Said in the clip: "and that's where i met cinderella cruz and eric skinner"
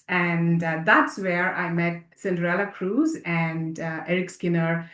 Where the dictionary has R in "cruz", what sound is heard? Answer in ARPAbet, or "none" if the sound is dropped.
R